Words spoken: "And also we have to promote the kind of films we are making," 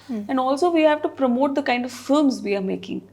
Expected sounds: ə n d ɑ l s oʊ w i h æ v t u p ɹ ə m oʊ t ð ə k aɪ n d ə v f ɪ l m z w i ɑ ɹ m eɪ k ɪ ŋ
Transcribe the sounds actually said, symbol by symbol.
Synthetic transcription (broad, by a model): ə n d ɑ l s oʊ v i h æ v t u p ɹ ə m oʊ t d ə k aɪ n d ə v f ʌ m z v i ɑ ɹ m eɪ k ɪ ŋ